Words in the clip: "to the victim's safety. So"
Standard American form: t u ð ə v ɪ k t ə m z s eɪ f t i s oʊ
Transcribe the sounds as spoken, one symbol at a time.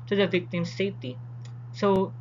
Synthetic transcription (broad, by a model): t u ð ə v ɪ k t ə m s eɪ t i s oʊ